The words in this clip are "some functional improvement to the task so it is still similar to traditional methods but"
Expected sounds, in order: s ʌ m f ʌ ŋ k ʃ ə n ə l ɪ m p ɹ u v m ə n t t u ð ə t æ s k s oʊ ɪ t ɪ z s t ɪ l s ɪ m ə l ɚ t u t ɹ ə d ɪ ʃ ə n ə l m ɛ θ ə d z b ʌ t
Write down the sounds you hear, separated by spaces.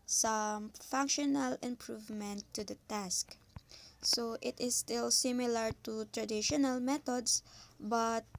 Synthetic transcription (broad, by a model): s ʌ m f ʌ ŋ k ʃ ə n ə l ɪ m p ɹ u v m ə n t t u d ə t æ s k s oʊ ɪ t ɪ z s t ɪ l s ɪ m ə l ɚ t u t ɹ ə d ɪ ʃ ə n ə l m ɛ t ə d s b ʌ t